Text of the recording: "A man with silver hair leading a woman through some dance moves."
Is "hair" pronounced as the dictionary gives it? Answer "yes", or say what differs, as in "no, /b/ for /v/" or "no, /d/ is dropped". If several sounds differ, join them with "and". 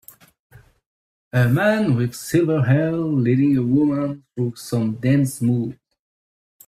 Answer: no, /l/ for /ɹ/